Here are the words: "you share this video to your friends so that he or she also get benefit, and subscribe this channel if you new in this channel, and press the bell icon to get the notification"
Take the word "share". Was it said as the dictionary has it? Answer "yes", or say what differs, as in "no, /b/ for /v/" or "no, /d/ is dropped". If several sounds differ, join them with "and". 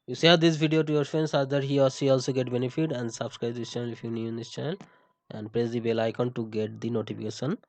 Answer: no, /s/ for /ʃ/